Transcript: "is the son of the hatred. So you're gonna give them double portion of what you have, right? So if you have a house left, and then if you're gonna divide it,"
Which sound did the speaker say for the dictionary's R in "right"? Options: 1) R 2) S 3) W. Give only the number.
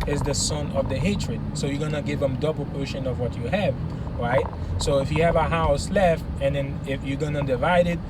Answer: 1